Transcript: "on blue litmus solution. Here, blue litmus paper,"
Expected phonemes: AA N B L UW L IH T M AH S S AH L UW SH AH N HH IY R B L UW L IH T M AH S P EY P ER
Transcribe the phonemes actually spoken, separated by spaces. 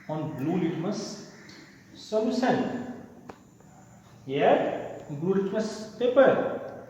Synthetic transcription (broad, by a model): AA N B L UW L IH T M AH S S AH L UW S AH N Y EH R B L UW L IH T M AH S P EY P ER